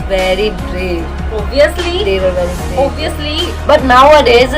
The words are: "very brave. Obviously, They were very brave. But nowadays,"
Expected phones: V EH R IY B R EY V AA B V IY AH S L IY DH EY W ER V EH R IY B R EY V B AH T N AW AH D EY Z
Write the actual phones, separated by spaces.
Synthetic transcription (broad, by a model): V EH R IY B R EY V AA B IY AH S L IY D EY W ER V EH R IY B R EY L B AH T N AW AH D EY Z